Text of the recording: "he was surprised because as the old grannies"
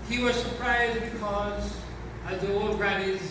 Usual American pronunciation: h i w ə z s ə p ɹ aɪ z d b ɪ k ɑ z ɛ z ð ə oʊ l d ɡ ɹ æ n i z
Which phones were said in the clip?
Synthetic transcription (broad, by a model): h i w ə z s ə p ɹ aɪ z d b ɪ k ɑ z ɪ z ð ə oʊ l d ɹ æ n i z